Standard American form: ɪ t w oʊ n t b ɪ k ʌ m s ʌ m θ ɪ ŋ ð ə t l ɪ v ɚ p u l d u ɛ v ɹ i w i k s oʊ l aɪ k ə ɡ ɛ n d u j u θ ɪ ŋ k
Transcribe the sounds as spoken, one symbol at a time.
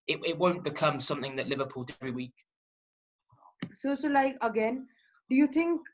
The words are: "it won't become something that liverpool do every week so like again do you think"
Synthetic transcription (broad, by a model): ɪ t w oʊ n b ɪ k ʌ m s ʌ m θ ɪ ŋ ð ə t l ɪ v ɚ p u l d ɛ v ɹ i w i k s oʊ l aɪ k ə ɡ ɛ n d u j u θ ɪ ŋ k